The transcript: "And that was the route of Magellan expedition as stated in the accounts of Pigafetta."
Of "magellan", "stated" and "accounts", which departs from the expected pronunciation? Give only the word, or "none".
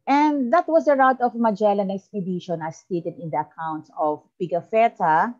none